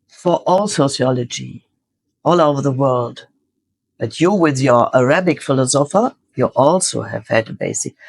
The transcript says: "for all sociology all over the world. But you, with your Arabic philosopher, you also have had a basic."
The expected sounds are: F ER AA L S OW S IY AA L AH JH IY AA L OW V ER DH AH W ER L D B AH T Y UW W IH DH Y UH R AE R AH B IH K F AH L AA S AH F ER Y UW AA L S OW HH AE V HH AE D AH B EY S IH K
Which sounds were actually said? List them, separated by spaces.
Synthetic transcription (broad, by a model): F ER AA L S OW S IY AA L AH JH IY AA L OW V ER DH AH W ER L D B AH T Y UW W IH DH Y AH R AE R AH B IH K F AH L AA S AH F ER Y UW AA L S OW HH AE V HH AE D AH B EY S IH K